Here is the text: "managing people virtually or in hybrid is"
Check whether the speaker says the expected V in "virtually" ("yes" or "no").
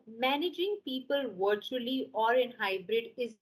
yes